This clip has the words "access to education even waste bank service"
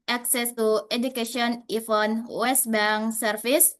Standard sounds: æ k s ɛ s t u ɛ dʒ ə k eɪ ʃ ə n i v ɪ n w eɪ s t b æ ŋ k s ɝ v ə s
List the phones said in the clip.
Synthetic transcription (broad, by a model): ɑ k s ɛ s t u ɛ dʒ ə k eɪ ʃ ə n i f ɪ n w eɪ s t b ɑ ŋ s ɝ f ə s